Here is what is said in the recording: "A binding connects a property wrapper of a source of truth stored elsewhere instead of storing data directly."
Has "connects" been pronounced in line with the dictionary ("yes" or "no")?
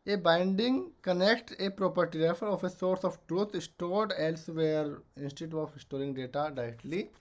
no